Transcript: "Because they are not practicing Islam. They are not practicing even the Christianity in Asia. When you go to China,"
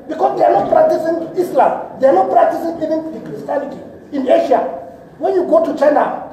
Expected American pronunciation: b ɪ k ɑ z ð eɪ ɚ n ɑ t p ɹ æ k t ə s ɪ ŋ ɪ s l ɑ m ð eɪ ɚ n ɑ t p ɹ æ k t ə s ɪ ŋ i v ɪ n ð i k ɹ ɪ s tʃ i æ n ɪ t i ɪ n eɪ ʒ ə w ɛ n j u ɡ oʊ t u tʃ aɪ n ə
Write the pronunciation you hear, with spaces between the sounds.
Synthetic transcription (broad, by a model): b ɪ k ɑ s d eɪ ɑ n ɑ t p ɹ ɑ k t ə s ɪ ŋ ɪ s l ɑ m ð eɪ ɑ n ɑ t p ɹ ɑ k t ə s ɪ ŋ i v ɪ n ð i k ɹ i s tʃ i n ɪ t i ɪ n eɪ ʃ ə w ɛ n j u ɡ oʊ t u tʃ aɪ n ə